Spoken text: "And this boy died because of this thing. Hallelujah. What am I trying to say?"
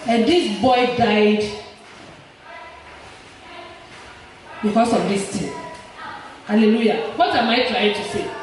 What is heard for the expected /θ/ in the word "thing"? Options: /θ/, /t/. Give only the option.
/t/